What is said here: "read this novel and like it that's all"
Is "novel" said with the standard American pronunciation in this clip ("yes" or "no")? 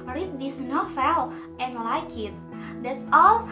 no